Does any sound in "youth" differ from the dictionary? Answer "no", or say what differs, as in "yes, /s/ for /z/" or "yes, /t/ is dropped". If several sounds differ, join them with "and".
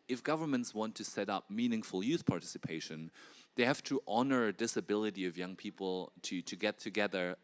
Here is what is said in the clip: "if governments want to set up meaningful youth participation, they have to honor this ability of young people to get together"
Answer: no